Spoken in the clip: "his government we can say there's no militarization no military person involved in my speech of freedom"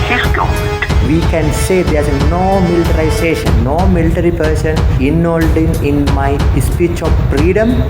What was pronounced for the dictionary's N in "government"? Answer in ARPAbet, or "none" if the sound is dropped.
none